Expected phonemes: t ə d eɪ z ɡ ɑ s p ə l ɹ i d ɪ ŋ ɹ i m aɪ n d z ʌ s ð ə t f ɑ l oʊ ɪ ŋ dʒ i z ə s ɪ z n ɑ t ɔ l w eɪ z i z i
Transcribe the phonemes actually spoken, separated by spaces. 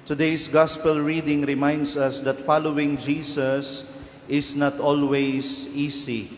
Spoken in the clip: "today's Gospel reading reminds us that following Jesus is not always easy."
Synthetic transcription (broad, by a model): t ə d eɪ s ɡ ɑ s p ə l ɹ i d ɪ ŋ ɹ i m aɪ n d s ʌ s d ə t f ɑ l oʊ ɪ ŋ dʒ i s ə s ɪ s n ɑ t ɔ l w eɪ s i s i